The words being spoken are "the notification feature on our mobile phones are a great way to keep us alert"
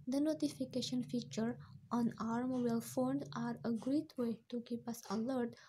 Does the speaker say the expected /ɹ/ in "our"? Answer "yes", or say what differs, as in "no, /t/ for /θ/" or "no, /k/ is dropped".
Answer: yes